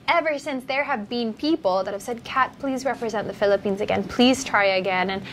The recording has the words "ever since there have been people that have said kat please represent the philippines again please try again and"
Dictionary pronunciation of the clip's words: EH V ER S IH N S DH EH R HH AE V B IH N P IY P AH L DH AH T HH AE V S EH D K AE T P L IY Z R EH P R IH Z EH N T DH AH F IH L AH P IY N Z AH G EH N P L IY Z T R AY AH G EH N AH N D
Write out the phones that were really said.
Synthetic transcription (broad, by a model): EH V ER S IH N S DH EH R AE V B IH N P IY P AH L DH AH T HH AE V S EH D K AE T P L IY Z R EH P R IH Z EH N DH AH F IH L AH P IY N Z AH G EH N P L IY Z T R AY AH G EH N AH N